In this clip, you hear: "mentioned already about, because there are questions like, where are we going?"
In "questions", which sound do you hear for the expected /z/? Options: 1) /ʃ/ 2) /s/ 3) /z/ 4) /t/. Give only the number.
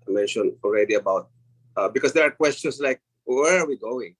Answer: 2